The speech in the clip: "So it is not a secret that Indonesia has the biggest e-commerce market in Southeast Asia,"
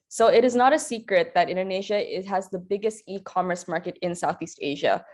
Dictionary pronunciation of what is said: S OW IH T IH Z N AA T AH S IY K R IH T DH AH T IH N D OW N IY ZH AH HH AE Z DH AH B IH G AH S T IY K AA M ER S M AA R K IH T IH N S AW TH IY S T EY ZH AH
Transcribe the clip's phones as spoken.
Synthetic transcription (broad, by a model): S OW IH T IH Z N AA T AH S IY K R IH T DH AH T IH N D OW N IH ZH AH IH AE Z DH AH B IH G AH S T IY K AA M ER S M AA R K IH T IH N S AW TH IY S T EY ZH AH